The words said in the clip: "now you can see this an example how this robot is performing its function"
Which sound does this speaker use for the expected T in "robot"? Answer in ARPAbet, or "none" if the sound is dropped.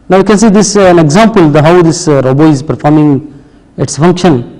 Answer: none